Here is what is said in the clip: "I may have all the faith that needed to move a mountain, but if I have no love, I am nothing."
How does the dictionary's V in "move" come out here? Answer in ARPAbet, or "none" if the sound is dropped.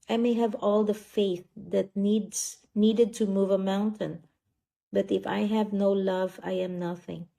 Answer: V